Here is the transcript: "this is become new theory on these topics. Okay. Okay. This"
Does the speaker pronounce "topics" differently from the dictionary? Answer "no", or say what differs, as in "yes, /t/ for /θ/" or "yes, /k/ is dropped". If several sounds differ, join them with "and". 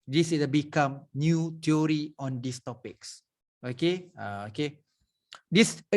no